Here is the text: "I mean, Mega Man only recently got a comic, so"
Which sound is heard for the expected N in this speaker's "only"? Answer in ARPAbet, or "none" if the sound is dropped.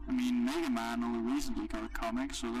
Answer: none